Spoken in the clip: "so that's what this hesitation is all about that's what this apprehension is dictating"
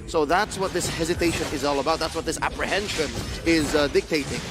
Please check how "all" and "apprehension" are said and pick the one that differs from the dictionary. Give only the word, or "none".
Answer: none